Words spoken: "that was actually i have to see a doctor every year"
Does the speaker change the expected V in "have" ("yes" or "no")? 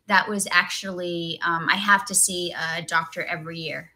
yes